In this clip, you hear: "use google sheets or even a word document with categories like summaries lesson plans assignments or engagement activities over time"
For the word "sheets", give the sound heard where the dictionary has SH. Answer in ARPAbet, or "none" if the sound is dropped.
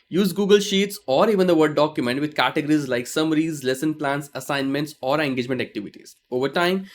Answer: SH